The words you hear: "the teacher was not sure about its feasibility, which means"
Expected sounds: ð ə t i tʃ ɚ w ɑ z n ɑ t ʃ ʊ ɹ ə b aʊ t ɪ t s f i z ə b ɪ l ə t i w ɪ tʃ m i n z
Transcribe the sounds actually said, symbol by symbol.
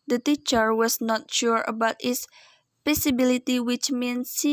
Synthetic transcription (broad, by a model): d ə t i tʃ ɚ w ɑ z n ɑ t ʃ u ɹ ə b aʊ t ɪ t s p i s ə b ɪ l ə t i w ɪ tʃ m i n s